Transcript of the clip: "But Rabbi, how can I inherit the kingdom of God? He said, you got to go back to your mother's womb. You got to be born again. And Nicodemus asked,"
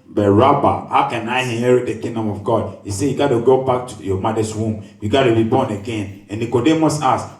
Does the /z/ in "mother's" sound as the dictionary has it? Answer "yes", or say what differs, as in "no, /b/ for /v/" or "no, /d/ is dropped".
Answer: no, /s/ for /z/